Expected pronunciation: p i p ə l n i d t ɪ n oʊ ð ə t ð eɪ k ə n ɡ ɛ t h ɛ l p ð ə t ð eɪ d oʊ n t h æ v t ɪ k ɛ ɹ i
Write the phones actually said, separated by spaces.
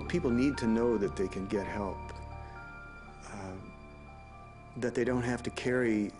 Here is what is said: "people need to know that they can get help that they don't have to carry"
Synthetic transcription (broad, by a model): p i p l n i d t ɪ n oʊ ð ə t ð eɪ k ə n ɡ ɛ t h ɛ l p ð ə t ð eɪ d oʊ n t h æ f t ɪ k ɛ ɹ i